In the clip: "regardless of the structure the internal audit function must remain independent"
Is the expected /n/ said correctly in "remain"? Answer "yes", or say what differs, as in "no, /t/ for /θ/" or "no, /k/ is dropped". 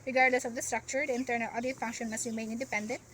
no, /n/ is dropped